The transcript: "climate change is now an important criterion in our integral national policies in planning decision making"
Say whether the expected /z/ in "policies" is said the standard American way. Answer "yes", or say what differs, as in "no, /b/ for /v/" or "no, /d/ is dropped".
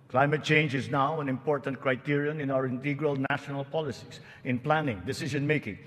no, /s/ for /z/